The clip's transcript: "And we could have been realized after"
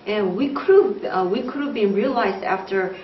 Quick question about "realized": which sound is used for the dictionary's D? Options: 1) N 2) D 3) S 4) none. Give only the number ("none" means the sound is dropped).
2